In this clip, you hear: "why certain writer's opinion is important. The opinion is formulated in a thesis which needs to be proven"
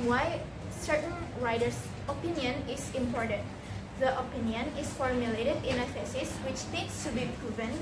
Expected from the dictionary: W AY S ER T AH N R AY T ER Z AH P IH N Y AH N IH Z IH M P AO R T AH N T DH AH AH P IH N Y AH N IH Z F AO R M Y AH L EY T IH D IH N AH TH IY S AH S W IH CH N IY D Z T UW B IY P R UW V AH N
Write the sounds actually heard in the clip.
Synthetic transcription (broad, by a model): W AY S ER T AH N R AY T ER S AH P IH N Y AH N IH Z IH M P AO R T AH N T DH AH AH P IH N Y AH N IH S F AO R M Y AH L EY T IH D IH N AH F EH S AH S W IH CH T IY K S T UW B IY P R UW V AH N